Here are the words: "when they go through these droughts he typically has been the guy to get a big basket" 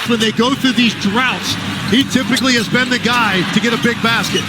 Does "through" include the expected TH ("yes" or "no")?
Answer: yes